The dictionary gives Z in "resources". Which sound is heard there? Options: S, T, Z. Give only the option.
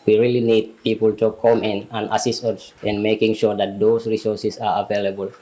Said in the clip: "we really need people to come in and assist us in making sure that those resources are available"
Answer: S